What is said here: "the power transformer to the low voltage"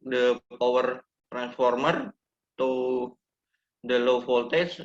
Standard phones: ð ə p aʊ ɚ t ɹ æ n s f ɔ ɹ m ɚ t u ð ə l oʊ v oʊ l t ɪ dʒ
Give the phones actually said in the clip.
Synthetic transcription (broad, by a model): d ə p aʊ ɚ t ɹ æ n s f ɔ ɹ m ɚ t u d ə l oʊ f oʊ l t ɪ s